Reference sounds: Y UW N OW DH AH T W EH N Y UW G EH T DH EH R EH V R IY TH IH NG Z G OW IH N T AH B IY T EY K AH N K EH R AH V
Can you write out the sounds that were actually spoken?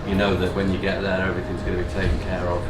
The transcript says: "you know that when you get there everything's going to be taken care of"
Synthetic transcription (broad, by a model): Y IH N OW DH AH T W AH N Y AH G EH T DH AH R EH V R IY TH IH NG Z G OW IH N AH B IY T EY K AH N K EH R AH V